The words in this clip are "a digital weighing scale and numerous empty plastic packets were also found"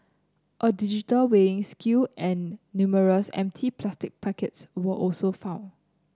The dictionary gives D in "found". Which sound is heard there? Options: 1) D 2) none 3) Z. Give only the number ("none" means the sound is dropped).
2